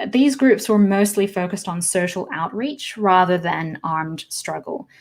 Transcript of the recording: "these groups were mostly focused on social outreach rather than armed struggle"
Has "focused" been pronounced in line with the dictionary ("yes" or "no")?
yes